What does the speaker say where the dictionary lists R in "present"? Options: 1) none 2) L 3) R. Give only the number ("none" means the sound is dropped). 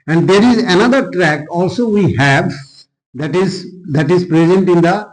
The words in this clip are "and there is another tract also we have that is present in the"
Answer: 3